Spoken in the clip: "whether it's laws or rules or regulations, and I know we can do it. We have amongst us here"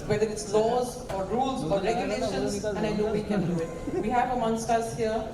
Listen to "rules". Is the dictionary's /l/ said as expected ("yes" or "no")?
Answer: yes